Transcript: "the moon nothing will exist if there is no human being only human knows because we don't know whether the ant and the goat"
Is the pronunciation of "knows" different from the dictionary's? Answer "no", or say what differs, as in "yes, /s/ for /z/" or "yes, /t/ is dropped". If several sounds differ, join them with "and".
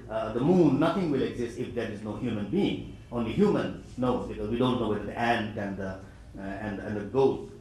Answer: yes, /z/ is dropped